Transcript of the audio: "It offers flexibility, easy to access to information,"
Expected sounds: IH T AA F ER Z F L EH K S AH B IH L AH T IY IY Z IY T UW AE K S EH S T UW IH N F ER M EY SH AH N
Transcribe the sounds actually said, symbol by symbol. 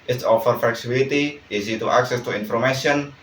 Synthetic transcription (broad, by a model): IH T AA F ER F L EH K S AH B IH L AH T IY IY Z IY T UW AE K S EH S T UW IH N F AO M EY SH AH N